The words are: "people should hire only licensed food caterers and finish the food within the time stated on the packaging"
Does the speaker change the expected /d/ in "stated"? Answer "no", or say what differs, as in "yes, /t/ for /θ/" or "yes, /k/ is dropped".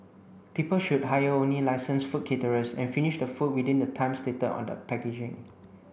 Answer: yes, /d/ is dropped